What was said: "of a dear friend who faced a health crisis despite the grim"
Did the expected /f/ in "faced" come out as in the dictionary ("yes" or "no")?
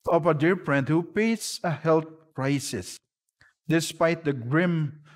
no